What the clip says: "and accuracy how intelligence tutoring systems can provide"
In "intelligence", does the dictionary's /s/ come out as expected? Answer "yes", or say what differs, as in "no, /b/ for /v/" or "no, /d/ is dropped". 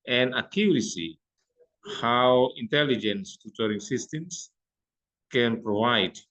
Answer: yes